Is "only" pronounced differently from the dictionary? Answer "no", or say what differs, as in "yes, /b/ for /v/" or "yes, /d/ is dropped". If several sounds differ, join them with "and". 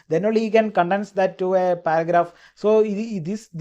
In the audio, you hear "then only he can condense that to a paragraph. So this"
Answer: yes, /n/ is dropped